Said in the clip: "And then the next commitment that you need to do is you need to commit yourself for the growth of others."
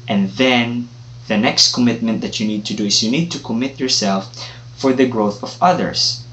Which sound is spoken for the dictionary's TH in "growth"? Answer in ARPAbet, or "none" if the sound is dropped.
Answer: TH